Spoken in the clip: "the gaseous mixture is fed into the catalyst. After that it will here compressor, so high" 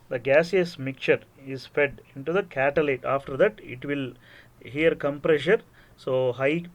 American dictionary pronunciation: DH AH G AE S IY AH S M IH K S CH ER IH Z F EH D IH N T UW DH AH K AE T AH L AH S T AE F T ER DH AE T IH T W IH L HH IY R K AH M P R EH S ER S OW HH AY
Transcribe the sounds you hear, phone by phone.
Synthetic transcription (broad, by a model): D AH G AE S IY AH S M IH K CH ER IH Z F EH D IH N T UW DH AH K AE T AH L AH T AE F T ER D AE T IH T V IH L HH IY R K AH M P R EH SH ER S OW HH AY